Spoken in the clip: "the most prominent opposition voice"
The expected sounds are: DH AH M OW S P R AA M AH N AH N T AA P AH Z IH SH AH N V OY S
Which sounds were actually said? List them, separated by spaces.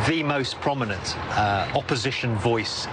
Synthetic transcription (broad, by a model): DH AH M OW S P R AA M AH N AH N T AA P AH Z IH SH AH N V OY S